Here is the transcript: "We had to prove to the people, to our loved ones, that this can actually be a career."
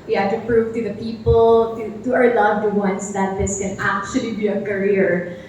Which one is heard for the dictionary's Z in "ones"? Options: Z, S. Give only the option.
S